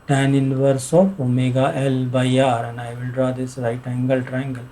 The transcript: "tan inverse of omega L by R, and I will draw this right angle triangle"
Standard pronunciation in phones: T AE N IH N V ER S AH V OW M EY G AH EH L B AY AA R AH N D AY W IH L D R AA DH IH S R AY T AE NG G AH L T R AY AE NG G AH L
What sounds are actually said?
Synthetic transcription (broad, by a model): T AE N IH N V ER S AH P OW M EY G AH EH L B AY AA R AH N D AY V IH L D R AA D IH S R AY T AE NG G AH L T R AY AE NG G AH L